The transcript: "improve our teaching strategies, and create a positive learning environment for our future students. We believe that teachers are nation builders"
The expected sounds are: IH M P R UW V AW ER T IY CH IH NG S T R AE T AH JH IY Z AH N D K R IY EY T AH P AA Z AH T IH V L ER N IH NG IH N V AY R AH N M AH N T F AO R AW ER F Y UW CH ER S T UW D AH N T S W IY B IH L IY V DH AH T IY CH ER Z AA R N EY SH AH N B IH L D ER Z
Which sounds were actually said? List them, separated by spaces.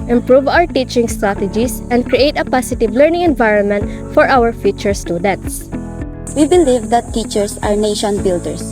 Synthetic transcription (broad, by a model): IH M P R UW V AW ER T IY CH IH NG S T R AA T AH JH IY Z AH N D K R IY EY T AH P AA S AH T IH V L ER N IH NG IH N V AY R AH N M AH N T F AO R AW ER F Y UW CH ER S T UW D AH N T S W IY B IH L IY V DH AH T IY CH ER S AA R N EY SH AH N B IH L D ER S